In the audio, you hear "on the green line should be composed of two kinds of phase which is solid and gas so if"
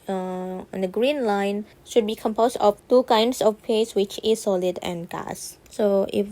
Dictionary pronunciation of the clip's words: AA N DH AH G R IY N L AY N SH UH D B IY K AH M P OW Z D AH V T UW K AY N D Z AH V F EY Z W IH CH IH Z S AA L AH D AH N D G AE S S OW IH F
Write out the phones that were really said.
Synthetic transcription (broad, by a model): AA N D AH G R IY N L AY N SH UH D B IY K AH M P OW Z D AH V T UW K AY N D S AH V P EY S W IH CH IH S AA L AH D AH N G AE S S OW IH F